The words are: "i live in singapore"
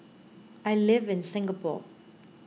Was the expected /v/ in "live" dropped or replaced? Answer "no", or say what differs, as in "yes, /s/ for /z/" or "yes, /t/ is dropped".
no